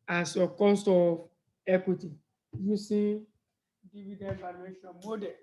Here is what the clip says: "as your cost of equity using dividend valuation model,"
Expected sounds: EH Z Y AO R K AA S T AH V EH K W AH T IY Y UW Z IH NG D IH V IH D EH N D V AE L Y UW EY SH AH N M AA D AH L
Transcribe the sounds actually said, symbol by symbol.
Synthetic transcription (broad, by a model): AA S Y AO K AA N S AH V EH K W AH T IY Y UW S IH D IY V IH D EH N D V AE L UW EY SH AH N M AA D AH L